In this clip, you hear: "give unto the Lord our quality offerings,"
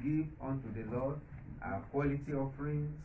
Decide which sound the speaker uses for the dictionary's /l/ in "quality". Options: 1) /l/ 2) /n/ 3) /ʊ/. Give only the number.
1